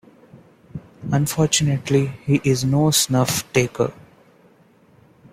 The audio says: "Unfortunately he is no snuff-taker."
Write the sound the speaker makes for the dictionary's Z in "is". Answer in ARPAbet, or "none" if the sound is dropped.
Z